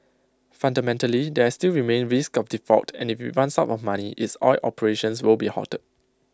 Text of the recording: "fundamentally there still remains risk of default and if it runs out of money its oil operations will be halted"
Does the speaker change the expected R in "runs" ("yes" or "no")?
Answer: yes